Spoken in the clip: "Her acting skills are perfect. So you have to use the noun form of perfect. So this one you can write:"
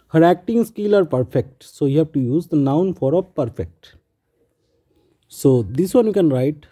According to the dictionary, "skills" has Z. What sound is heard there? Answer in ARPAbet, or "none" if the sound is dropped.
none